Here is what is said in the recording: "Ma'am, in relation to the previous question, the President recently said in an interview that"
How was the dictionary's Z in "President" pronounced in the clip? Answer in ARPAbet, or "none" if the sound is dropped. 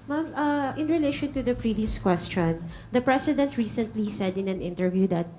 S